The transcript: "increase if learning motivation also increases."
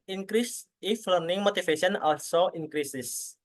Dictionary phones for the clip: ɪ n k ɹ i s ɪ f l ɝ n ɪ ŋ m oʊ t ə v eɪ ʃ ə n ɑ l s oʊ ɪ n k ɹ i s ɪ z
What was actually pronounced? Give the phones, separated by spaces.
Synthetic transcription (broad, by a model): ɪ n k ɹ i s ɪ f l ɝ n ɪ ŋ m oʊ t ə f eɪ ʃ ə n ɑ l s oʊ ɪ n k ɹ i s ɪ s